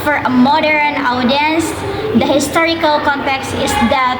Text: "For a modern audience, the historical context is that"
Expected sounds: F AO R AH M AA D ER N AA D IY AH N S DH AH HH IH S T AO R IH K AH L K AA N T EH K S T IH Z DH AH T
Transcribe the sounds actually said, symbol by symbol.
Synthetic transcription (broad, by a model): F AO R AH M AA D ER N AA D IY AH N S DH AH HH IH S T AO R IH K AH L K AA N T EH K S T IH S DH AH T